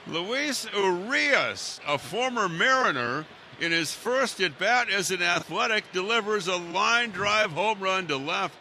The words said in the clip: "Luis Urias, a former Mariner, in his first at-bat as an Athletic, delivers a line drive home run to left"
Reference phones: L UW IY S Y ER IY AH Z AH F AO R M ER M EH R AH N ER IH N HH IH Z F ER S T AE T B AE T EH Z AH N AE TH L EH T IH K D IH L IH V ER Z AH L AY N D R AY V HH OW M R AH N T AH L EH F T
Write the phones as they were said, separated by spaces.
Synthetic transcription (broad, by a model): L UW IY S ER IY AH S AH F AO R M ER M EH R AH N ER IH N IH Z F ER S T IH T B AE T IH Z AH N AE TH L EH T IH K D IH L IH V ER Z AH L AY N D R AY V HH OW M R AH N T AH L EH F T